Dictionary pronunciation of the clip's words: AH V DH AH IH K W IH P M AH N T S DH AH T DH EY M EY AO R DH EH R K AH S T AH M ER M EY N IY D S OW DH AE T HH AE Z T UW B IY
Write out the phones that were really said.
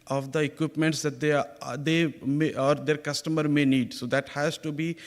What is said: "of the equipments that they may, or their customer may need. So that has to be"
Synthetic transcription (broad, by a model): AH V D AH IH K W IH P M AH N T S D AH T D EY M EY AO R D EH R K AH S T AH M ER M EY N IY D S OW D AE T HH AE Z T UW B IY